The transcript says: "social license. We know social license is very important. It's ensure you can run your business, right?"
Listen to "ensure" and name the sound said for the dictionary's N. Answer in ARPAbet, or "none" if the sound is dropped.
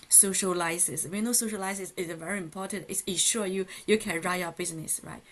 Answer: none